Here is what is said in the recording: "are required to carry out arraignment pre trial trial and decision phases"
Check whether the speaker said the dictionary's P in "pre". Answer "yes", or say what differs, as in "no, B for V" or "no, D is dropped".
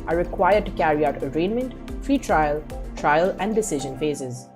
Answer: no, F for P